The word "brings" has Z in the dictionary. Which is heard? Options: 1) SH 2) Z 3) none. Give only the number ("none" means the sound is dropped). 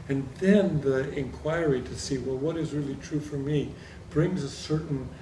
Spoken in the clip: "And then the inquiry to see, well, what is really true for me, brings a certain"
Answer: 2